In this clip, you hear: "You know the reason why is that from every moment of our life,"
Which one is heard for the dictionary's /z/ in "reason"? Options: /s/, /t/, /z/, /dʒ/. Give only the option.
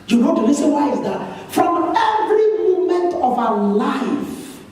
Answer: /s/